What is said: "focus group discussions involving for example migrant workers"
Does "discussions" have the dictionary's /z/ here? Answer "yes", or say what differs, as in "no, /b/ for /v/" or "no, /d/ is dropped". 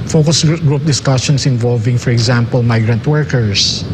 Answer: no, /s/ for /z/